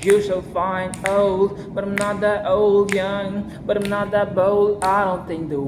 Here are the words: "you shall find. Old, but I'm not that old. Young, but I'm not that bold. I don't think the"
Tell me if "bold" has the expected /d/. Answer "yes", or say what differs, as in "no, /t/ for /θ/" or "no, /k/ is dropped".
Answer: no, /d/ is dropped